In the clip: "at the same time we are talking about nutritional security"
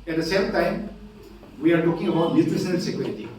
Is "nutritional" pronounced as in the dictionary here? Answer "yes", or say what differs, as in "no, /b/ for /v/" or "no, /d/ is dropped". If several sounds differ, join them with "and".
no, /s/ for /ʃ/